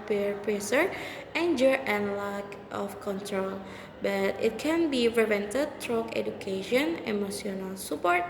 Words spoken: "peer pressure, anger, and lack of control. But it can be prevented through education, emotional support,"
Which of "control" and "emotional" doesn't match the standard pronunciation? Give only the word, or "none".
emotional